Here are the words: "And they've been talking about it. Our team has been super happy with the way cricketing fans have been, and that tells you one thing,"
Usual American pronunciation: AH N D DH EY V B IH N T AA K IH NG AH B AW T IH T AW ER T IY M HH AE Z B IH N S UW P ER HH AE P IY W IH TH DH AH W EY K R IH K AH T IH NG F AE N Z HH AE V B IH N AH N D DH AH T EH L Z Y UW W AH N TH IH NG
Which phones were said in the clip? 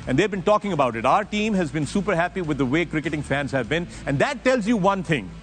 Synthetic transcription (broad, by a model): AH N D EY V B IH N T AA K IH NG AH B AW T IH T AW ER T IY M HH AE Z B IH N S UW P ER HH AE P IY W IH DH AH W EY K R IH K AH T IH NG F AE N Z HH AE V B IH N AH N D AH T EH L Z Y UW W AH N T IH NG